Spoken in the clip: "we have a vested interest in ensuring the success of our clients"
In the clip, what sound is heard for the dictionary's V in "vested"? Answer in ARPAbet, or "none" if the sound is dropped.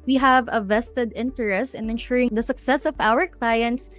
V